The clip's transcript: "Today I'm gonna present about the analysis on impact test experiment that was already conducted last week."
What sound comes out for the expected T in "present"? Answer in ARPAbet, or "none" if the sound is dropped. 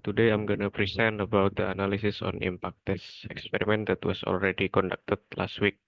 none